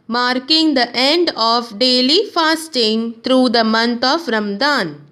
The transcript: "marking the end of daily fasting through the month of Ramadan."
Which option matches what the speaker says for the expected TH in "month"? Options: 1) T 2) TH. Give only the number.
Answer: 1